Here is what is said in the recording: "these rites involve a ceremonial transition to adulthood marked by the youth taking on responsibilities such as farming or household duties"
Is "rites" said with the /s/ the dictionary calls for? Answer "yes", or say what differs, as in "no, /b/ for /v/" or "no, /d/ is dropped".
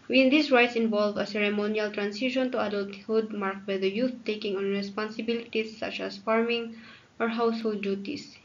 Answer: yes